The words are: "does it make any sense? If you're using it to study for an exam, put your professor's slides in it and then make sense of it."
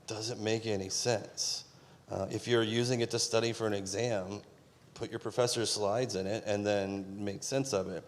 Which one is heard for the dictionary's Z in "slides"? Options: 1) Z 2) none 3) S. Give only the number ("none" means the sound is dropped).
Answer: 1